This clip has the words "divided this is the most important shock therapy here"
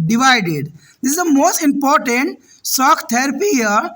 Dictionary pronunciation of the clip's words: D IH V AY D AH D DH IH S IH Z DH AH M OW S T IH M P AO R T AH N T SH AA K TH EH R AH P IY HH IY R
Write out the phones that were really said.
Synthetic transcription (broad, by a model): D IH V AY D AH D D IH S IH Z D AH M OW S T IH M P AO R T AH N T S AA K T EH R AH P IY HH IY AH